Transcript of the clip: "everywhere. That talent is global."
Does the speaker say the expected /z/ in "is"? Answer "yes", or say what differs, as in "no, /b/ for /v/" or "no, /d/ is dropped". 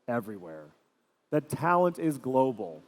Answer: yes